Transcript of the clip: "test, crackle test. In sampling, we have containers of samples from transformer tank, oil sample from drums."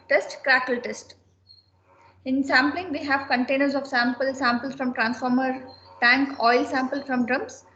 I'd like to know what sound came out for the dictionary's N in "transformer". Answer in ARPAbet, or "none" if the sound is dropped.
N